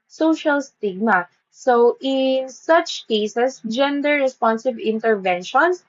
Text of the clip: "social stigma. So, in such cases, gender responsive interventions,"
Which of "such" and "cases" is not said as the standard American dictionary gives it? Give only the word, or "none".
cases